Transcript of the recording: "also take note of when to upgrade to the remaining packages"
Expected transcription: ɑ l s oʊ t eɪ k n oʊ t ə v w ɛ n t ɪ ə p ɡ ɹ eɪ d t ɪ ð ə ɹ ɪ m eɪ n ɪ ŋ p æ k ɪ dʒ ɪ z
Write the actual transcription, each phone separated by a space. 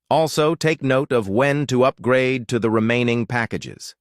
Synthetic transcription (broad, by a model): ɑ l s oʊ t eɪ k n oʊ t ə v w ɛ n t ɪ ə p ɡ ɹ eɪ d t ɪ ð ə ɹ ɪ m eɪ n ɪ ŋ p æ k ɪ dʒ ɪ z